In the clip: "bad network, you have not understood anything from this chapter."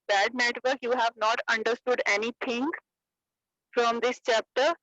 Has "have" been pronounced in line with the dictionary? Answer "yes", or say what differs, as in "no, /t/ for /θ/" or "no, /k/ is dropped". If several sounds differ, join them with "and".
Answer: yes